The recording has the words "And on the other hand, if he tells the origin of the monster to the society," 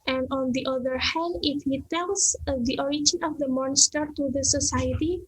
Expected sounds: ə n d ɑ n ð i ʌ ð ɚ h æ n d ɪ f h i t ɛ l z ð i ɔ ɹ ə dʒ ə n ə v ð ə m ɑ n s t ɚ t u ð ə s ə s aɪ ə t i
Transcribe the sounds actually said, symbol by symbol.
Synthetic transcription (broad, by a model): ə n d ɑ n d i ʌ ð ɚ h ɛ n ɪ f h i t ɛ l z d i ɔ ɹ ə dʒ ə n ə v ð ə m ɑ n s t ɚ t u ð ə s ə s aɪ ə t i